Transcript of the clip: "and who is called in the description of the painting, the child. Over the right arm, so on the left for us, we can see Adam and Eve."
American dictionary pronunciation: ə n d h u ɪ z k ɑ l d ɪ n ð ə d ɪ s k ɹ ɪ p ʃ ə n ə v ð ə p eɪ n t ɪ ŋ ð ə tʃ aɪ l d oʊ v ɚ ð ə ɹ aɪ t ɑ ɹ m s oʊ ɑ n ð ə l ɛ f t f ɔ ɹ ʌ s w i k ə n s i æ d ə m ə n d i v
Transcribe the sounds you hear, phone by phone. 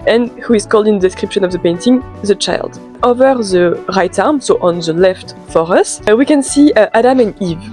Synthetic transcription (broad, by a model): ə n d h u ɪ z k ɑ l d ɪ n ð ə d ɪ s k ɹ ɪ p ʃ ə n ə v ð ə p eɪ n t ɪ ŋ ð ə tʃ aɪ l d oʊ v ɚ ð ə ɹ aɪ t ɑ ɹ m s oʊ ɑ n ð ə l ɛ f t f ɔ ɹ ʌ s w i k ə n s i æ d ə m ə n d i v